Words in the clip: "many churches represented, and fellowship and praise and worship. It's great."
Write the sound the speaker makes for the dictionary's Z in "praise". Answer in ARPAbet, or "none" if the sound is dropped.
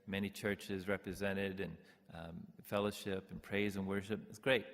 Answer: Z